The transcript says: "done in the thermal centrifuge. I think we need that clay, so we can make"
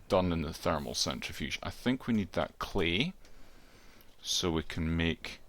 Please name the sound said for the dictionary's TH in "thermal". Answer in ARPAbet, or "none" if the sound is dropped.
TH